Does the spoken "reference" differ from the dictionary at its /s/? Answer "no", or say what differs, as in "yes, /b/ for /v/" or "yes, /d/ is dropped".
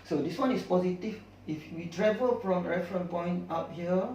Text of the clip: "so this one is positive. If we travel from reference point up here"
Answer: yes, /s/ is dropped